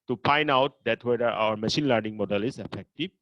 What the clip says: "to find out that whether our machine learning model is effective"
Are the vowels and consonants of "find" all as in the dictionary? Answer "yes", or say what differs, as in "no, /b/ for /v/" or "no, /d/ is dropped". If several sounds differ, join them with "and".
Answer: no, /d/ is dropped